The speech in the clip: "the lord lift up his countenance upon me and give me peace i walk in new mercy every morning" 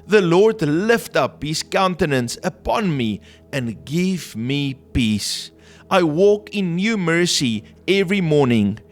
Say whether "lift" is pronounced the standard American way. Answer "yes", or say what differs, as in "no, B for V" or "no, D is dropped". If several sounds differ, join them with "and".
yes